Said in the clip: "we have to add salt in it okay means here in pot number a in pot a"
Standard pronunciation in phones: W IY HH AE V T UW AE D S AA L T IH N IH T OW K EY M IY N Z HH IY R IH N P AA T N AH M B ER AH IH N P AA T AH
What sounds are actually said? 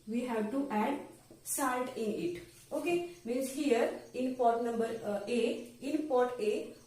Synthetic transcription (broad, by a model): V IY HH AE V T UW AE D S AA N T IH N IH T OW K EY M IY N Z HH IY R IH N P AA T N AH M B ER AH IH N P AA T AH